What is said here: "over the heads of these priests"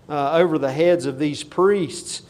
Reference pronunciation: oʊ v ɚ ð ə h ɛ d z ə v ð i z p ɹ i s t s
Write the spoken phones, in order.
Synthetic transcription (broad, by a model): oʊ v ɚ ð ə h ɛ d z ə v ð i z p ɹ i s t s